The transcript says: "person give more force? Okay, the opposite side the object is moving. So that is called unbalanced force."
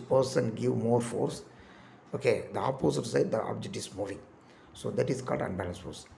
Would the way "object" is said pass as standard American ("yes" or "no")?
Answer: yes